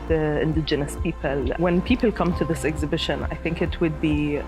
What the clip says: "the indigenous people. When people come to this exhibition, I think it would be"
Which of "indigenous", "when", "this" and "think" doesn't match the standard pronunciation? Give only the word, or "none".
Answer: none